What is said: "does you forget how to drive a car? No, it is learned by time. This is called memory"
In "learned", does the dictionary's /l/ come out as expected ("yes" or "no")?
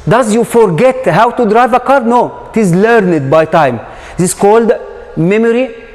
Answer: yes